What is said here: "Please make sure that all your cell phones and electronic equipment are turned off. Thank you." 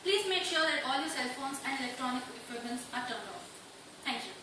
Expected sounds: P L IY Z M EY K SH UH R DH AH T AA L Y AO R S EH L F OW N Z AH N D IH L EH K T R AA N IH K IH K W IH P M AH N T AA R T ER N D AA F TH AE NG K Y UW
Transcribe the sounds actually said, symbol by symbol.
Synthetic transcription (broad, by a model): P L IY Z M EY K SH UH R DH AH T AA L Y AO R S EH L F OW N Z AH N D IH L EH K T R AA N IH K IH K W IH M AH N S AA R T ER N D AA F T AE NG K Y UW